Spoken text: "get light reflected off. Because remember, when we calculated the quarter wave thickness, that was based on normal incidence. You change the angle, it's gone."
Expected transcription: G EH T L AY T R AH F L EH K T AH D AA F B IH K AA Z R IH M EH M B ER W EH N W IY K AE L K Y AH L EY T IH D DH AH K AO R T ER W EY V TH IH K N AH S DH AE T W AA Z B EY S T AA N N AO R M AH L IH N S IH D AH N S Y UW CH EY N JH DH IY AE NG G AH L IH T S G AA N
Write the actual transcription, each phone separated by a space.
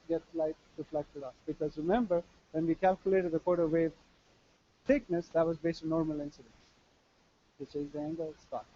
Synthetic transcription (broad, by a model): G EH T L AY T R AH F L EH K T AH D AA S B IH K AA Z R IH M EH M B ER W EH N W IY K AE L K Y AH L EY T IH D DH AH K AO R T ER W EY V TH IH K N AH S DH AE T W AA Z B EY S T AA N N AO R M AH L IH N S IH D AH N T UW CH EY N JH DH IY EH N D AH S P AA